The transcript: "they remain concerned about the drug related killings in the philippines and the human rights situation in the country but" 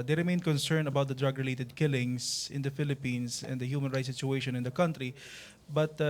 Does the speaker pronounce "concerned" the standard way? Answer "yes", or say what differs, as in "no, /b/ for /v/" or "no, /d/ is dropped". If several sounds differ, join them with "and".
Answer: no, /d/ is dropped